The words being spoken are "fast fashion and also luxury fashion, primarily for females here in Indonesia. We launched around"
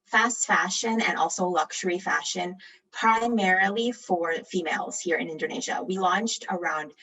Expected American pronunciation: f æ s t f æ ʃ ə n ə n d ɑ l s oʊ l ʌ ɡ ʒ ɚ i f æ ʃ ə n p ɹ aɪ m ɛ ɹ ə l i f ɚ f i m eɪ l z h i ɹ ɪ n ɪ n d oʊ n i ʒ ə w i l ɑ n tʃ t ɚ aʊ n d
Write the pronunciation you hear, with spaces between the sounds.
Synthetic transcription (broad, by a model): f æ s t f æ ʃ ə n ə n ɑ l s oʊ l ʌ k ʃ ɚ i f æ ʃ ə n p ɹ aɪ m ɛ ɹ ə l i f ɚ f i m eɪ l z h i ɹ ɪ n ɪ n d oʊ n i ʒ ə w i l ɑ n tʃ t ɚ aʊ n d